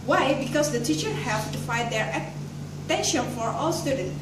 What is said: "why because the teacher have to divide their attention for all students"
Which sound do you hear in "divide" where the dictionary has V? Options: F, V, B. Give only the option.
F